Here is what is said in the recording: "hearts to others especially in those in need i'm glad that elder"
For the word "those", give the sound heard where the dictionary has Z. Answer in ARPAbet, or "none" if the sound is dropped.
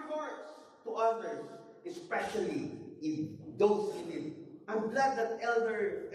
S